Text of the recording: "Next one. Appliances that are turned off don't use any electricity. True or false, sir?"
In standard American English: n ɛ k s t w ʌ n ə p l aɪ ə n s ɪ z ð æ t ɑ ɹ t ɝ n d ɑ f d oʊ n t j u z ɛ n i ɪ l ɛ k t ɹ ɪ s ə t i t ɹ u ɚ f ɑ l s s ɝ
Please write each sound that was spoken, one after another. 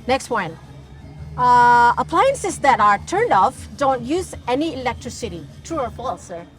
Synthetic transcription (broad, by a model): n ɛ k s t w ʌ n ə p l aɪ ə n s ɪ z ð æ t ɑ ɹ t ɝ n d ɑ f d oʊ n t j u z ɛ n i ɪ l ɛ k t ɹ ɪ s ə t i t ɹ u ɚ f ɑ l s s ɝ